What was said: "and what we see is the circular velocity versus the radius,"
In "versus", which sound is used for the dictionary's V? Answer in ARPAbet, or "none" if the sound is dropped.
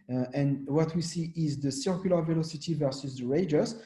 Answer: V